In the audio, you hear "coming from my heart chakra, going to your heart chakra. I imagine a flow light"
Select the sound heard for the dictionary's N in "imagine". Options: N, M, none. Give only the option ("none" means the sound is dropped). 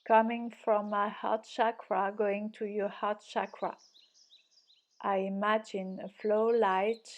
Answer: N